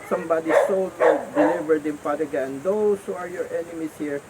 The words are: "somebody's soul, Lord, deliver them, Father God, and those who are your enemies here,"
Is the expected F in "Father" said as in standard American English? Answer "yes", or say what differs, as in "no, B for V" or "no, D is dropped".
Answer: no, P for F